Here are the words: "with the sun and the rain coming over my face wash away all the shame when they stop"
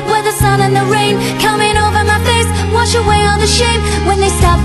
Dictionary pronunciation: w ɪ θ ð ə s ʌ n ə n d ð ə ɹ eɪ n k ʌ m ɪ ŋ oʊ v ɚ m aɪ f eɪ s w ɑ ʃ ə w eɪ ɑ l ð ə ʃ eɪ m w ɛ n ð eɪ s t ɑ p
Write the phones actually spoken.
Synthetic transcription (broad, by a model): w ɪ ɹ ð ə s ʌ n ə n ð ə ɹ eɪ n k ʌ m ɪ ŋ oʊ v ɚ m aɪ f eɪ s w ɑ ʃ ə w eɪ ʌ n ð ə ʃ eɪ m w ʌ n ð eɪ s t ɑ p